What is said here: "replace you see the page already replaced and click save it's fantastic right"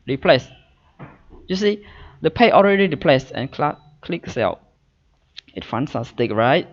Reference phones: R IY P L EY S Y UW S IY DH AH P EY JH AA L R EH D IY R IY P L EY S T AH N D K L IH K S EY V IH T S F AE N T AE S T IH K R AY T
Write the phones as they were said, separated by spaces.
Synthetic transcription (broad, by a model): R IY P L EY S Y UW S IY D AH P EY AA L R EH D IY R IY P L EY S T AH N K K L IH K S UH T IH T F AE N S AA S T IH K R AY T